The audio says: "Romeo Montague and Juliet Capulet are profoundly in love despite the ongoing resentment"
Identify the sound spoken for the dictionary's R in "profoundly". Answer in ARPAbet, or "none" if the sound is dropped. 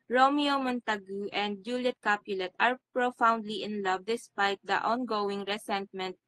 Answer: R